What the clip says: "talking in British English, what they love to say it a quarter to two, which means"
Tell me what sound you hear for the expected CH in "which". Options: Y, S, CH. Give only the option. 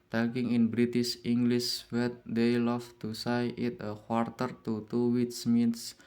S